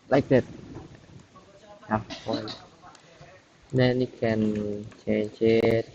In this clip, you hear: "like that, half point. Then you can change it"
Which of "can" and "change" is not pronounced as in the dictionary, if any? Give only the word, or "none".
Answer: change